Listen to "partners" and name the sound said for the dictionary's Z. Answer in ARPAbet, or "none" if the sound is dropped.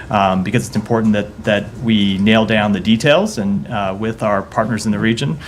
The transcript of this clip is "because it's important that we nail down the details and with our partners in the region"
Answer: Z